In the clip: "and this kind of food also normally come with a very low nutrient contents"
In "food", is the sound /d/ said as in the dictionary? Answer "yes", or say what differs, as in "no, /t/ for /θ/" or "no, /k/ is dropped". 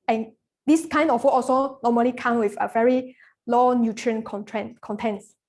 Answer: no, /d/ is dropped